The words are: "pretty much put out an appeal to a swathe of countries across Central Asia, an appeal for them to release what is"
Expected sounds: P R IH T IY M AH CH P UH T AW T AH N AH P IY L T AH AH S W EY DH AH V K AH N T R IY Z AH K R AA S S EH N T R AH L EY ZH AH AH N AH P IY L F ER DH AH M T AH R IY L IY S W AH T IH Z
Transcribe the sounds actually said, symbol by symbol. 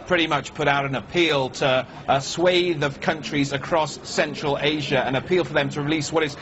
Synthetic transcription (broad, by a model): P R IH T IY M AH CH P UH T AW T AH N AH P IY L T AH AH S W EY DH AH V K AH N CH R IY Z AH K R AA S S EH N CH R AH L EY ZH AH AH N AH P IY L F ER DH AH M T AH R IY L IY S W AH T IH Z